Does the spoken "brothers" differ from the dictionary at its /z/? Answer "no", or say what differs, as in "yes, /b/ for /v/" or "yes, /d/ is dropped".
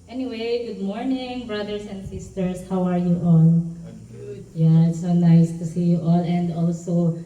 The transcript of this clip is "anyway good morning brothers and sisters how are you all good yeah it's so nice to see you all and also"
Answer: yes, /s/ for /z/